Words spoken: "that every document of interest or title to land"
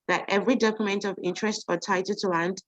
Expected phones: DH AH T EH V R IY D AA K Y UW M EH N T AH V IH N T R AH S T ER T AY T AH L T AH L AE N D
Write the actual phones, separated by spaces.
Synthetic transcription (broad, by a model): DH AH T EH V R IY D AA K Y UW M EH N T AH V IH N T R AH S T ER T AY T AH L T AH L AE N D